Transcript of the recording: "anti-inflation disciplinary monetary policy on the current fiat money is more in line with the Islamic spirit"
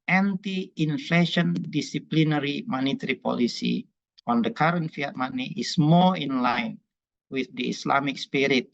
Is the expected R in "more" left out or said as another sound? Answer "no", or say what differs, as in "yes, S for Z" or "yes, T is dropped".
yes, L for R